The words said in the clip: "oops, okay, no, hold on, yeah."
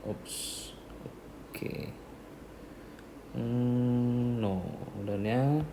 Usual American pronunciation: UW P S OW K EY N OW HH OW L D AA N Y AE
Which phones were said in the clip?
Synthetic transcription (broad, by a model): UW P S OW K EY N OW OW D AA N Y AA